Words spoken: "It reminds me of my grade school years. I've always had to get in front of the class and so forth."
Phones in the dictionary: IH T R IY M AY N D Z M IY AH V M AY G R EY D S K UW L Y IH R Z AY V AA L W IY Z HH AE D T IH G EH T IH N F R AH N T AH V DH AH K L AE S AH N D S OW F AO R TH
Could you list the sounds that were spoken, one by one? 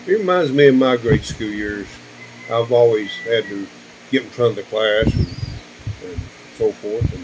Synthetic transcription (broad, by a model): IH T R IY M AY N D Z M IY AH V M AY G R EY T S K UW L Y IH R Z AY V AA L W IY Z HH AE D T IH G EH T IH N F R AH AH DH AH K L AE S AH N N S OW F AO R TH